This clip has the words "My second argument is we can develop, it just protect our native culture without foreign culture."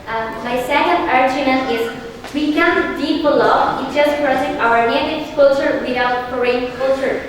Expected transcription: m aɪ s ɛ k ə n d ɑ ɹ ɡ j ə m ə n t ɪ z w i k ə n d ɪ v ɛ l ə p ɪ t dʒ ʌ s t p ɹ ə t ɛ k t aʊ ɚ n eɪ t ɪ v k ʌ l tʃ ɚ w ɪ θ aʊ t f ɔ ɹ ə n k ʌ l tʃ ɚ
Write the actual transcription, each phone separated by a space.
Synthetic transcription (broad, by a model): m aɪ s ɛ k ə n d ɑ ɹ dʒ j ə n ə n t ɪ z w i k ə n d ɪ p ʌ l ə ɪ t dʒ ʌ s t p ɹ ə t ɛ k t aʊ ɚ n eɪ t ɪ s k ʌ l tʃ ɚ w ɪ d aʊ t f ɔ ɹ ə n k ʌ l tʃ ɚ